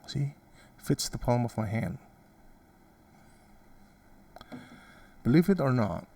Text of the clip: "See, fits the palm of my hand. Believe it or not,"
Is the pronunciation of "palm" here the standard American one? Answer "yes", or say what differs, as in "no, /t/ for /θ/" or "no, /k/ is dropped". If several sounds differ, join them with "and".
yes